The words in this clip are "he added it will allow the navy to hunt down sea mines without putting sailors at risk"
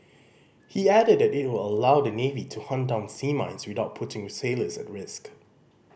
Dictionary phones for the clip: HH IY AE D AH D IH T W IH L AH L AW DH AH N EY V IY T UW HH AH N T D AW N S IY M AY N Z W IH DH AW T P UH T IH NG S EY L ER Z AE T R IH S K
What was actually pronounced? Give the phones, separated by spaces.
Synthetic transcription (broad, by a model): HH IY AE D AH D IH T W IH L AH L AW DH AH N EY V IY T UW HH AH N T D AW N S IY M AY N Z W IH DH AW T P UH T IH NG S EY L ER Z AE T R IH S K